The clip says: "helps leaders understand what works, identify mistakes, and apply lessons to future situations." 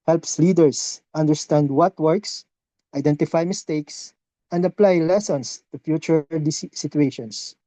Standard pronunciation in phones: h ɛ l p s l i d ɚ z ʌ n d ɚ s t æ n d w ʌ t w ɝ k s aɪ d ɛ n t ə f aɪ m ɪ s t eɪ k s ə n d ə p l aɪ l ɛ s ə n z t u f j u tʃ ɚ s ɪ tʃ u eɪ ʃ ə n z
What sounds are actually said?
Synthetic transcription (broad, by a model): h ɛ l p s l i d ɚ s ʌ n d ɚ s t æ n d w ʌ t w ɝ k s aɪ d ɛ n t ə f aɪ m ɪ s t eɪ k s ə n d ə p l aɪ l ɛ s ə n s t u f j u tʃ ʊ s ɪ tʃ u eɪ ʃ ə n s